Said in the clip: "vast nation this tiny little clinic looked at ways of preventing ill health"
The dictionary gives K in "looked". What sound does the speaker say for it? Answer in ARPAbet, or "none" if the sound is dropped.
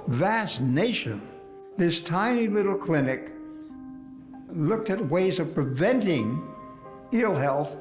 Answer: K